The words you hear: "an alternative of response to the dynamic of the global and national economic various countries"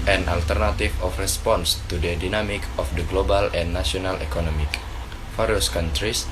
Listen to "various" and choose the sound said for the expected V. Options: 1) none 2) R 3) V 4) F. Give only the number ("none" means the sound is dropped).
4